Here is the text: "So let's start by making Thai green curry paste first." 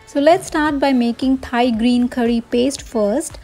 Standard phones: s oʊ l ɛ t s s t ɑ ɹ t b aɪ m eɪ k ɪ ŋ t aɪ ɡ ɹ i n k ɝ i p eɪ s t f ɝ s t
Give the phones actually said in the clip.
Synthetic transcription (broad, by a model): s oʊ l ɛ t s s t ɑ ɹ t b aɪ m eɪ k ɪ ŋ t aɪ ɡ ɹ i n k ɝ i p eɪ s t f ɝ s t